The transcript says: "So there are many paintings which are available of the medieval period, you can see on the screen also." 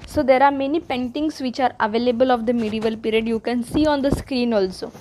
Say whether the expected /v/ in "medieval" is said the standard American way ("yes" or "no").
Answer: yes